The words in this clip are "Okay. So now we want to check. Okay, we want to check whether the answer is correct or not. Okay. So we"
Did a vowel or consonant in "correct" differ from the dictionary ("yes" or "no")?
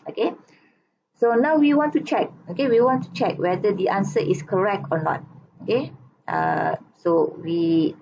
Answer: no